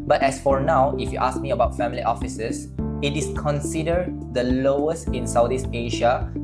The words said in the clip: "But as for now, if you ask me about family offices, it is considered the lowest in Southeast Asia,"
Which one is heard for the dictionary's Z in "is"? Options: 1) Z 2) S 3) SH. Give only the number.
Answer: 2